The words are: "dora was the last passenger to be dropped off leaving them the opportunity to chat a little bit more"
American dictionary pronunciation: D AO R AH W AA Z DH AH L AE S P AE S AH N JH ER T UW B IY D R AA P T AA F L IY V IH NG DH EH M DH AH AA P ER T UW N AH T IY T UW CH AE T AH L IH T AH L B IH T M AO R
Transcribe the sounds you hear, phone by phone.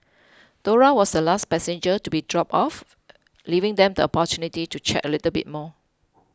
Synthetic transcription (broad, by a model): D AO R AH W AA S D AH L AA S P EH S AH N JH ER T UW B IY D R AA P AA F L IY V IH NG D EH M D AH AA P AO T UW N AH T IY T UW CH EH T AH L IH T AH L B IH T M AO